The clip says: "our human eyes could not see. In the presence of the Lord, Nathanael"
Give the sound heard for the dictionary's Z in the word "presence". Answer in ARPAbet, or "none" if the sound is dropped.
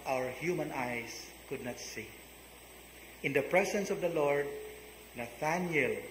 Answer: S